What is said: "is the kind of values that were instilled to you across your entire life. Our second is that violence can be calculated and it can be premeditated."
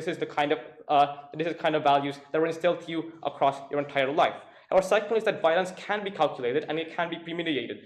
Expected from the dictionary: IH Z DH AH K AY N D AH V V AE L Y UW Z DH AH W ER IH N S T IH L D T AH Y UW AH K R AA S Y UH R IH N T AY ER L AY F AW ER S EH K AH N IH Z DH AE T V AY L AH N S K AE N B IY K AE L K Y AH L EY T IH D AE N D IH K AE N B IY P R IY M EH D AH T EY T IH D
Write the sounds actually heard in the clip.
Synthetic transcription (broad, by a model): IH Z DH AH K AY N D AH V V AE L Y UW Z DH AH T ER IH N S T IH L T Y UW AH K R AA S Y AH R IH N T AY ER L AY F AW ER S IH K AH L IH Z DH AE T V AY L AH N S K AE N B IY K AE L K Y AH L EY T IH D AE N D IH K AE N B IY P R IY M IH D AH EY T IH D